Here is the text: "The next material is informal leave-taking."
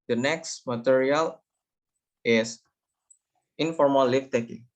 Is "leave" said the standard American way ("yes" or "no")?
no